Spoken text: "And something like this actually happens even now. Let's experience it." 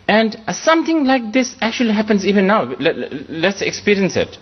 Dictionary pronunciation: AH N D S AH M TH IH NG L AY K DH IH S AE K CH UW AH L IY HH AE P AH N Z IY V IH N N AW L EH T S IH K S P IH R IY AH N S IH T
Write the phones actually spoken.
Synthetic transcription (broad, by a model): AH N D S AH M T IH NG L AY K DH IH S AE K CH UW AH L IY HH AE P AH N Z IY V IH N N AW L EH T S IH K S P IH R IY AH N S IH T